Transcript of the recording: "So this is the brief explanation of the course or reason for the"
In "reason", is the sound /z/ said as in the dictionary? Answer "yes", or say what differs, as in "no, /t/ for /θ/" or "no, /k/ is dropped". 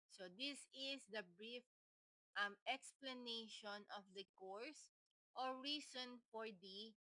no, /s/ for /z/